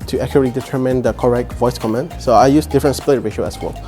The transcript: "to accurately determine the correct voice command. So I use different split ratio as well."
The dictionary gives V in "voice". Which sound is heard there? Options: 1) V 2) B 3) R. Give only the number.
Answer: 1